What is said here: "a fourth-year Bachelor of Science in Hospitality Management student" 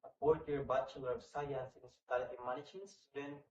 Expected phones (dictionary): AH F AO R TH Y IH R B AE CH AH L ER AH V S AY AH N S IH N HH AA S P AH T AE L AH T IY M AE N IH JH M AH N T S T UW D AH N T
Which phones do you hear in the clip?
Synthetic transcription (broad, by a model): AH P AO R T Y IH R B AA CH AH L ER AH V S AY AH N S IH N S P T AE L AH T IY M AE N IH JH AH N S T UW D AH N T